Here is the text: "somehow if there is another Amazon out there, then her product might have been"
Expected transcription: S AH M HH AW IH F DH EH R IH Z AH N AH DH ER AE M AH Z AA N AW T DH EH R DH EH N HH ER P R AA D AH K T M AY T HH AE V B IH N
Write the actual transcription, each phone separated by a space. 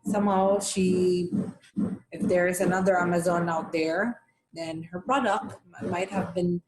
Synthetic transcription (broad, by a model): S AH M HH AW IH F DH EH R IH Z AH N AH DH ER AE M AH Z AA N AW T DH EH R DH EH N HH ER P R AA D AH K T M AY T HH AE V B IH N